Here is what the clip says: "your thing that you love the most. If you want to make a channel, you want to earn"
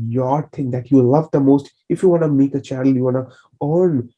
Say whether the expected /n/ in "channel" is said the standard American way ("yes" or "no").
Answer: no